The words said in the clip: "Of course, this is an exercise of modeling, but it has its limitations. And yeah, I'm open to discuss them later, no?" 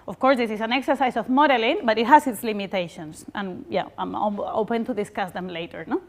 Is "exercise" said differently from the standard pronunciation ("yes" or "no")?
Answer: yes